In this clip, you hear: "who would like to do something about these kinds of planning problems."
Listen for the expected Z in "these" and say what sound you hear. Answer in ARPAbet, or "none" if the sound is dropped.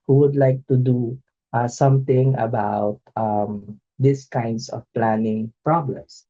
S